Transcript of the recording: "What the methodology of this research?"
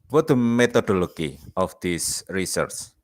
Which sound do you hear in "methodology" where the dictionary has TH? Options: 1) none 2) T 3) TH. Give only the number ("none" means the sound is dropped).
2